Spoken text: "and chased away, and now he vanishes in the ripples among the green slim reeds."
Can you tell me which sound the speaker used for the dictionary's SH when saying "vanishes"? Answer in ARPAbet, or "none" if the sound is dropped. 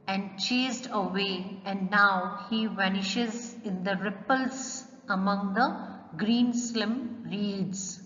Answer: SH